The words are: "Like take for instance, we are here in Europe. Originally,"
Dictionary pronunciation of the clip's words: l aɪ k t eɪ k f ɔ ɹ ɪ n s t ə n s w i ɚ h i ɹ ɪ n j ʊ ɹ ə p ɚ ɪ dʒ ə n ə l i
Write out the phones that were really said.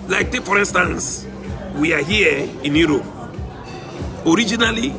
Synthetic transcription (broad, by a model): l aɪ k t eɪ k f ɔ ɹ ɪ n s t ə n s w i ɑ h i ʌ ɪ n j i ɹ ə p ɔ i dʒ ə n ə l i